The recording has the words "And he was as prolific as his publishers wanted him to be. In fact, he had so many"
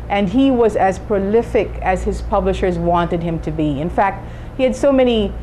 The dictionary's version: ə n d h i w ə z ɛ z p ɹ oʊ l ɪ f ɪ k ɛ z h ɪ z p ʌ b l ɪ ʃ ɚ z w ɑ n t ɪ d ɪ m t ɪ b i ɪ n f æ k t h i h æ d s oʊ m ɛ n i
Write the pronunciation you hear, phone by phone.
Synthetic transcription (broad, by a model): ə n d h i w ə z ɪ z p ɹ oʊ l ɪ f ɪ k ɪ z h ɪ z p ʌ b l ɪ ʃ ɚ z w ɑ n t ɪ d ɪ m t ɪ b i ɪ n f æ k t h i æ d s oʊ m ɛ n i